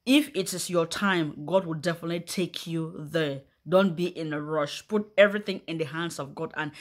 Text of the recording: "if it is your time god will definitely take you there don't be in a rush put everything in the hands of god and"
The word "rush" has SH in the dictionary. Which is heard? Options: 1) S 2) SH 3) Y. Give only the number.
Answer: 2